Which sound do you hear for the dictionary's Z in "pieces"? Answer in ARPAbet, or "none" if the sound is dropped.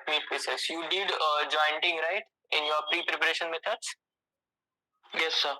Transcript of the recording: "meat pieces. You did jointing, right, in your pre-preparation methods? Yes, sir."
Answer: S